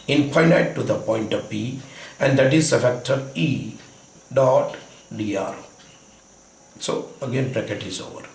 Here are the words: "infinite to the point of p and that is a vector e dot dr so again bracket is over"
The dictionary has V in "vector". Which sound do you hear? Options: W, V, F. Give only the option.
F